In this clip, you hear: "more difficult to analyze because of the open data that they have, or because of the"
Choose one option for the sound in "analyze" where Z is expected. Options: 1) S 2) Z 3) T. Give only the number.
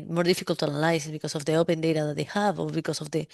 1